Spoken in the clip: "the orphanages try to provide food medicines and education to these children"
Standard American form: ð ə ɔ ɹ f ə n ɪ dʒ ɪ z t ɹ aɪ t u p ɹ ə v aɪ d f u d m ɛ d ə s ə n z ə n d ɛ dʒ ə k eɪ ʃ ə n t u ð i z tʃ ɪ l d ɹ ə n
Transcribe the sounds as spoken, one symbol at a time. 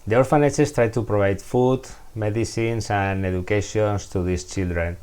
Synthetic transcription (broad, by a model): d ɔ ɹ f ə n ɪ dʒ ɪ s t ɹ aɪ t u p ɹ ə b aɪ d f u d m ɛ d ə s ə n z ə n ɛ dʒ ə k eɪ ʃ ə n t u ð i s tʃ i l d ɹ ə n